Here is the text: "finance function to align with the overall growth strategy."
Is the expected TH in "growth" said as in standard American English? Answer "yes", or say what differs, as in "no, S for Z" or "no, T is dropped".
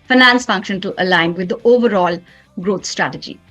no, T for TH